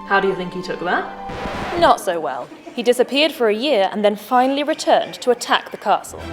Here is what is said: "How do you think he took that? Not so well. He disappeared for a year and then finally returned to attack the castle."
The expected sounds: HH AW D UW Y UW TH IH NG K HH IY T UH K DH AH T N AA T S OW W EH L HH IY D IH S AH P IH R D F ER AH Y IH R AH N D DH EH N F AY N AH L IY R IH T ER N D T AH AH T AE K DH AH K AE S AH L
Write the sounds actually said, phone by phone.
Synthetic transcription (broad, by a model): HH AW D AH Y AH TH IH NG K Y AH T UH K DH AH T N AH T S OW W EH L HH IY D IH S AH P IH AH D F ER AH Y IH R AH N DH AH N F AY N AH L IY R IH T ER N T AH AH T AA K DH AH K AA S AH L